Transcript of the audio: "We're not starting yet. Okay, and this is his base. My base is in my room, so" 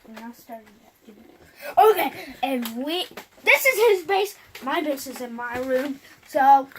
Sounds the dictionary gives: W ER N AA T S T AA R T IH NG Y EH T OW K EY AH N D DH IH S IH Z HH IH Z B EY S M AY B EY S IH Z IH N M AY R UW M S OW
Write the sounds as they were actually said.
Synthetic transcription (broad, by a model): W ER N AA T S T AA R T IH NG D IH OW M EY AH N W DH IH S IH Z HH IH Z B EY S M AY B EY S IH Z IH N M AY R UW M S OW